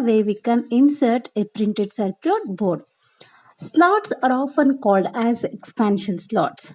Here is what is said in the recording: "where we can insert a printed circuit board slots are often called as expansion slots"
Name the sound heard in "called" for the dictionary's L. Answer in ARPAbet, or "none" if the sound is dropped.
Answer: L